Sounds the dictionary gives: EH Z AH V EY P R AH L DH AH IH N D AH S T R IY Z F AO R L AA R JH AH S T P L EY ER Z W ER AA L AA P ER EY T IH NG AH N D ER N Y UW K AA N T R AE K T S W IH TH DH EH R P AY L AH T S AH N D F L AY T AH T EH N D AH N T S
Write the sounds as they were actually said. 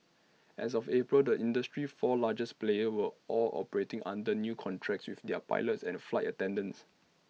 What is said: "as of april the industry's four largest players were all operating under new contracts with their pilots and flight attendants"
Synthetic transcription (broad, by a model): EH S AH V EY P R AH L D AH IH N D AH S T R IY F AO L AA JH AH S P L EY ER W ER AA L AA P ER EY T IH NG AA N D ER N Y UW K AA N T R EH K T S W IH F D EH P AY L AH T S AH N F L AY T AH T EH N D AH N S